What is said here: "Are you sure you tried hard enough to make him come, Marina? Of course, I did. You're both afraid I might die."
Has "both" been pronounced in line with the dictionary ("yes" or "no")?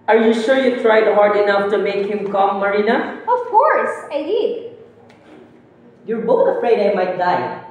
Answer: no